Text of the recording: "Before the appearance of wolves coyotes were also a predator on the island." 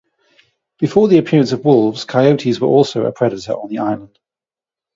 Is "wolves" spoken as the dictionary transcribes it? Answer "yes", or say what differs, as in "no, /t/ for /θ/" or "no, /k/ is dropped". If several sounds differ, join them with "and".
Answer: yes